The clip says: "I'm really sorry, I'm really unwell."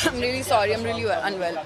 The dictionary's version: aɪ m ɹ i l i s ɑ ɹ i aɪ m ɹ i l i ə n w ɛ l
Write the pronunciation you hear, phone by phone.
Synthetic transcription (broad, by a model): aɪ m ɹ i l i s ɑ ɹ i aɪ m ɹ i l i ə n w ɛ l